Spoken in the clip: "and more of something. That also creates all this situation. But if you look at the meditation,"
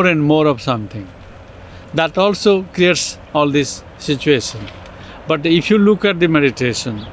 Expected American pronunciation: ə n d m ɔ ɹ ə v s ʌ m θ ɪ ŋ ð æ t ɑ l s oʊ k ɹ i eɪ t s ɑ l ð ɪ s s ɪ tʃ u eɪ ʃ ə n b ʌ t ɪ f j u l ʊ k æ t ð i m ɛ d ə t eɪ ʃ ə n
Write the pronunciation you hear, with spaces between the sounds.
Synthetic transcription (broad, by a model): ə n d m ɔ ɹ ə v s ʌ m t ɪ ŋ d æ t ɑ l s oʊ k ɹ i eɪ t s ɑ l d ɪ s s ɪ tʃ u eɪ ʃ ə n b ʌ t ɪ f j u l ʊ k æ t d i m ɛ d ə t eɪ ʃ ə n